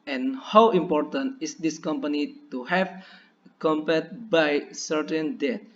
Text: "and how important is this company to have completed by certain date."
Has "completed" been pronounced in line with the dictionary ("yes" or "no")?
no